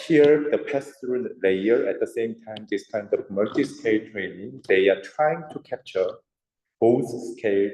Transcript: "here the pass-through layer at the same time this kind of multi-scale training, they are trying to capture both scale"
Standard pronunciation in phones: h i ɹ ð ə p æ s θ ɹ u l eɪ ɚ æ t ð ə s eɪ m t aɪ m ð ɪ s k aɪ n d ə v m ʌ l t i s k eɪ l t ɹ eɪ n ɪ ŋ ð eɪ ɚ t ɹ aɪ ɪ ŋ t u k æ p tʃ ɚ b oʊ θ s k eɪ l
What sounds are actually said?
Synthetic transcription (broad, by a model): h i ɹ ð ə p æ s t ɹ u l eɪ ɚ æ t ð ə s eɪ m t aɪ m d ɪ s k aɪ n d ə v m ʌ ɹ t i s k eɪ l t ɹ eɪ n ɪ ŋ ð eɪ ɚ t ɹ aɪ ɪ ŋ t u k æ p tʃ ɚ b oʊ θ s k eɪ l